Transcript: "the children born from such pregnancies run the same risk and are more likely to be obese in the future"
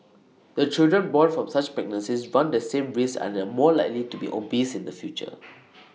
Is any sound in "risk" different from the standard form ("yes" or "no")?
yes